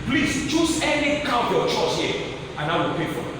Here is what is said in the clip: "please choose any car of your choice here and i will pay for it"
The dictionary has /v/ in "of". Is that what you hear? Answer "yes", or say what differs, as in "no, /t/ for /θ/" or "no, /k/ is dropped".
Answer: no, /p/ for /v/